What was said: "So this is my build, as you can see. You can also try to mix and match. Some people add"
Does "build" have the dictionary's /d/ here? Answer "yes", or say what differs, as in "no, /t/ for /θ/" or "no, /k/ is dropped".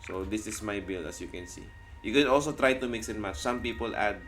no, /d/ is dropped